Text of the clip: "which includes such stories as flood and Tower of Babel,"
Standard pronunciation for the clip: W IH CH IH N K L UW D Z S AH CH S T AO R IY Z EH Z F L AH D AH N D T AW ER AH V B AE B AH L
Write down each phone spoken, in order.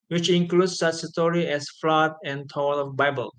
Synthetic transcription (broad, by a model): W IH CH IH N K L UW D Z S AH CH S T AO R IY EH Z F L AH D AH N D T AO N AH V B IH B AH L